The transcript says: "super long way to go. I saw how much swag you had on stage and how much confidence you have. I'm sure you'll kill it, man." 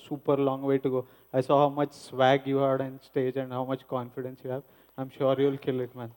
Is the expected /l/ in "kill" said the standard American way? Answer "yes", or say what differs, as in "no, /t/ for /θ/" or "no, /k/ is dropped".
yes